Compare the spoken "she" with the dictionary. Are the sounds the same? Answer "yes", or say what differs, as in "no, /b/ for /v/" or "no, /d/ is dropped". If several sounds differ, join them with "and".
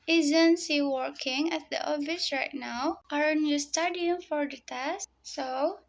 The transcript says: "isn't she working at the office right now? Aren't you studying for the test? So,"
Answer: no, /s/ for /ʃ/